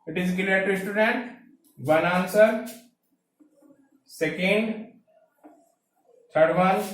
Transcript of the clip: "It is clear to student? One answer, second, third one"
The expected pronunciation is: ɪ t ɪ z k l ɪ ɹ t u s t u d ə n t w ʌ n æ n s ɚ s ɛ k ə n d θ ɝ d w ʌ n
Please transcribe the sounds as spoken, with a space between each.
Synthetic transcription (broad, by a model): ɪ t ɪ z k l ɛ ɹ t u s t u d ə n t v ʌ n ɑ n s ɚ s ɛ k ə n d t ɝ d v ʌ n